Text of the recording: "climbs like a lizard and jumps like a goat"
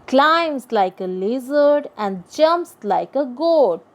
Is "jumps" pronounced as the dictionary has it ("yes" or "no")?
yes